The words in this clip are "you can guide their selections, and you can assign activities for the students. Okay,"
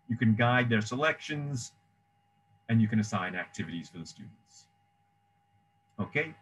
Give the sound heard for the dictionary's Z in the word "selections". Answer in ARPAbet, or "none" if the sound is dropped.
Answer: Z